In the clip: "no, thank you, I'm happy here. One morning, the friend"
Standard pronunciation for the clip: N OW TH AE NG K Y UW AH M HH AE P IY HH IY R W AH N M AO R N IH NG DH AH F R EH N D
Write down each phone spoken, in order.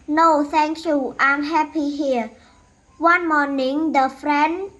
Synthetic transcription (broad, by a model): N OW S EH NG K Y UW AH M HH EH P IY HH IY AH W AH N M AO N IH NG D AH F R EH N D